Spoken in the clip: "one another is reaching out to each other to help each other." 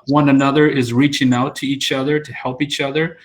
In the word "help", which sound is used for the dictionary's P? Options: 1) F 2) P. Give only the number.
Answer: 2